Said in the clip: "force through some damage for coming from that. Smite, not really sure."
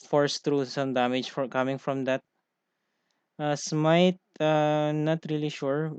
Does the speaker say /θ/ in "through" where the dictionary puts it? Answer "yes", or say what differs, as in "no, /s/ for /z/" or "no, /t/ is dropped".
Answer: no, /t/ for /θ/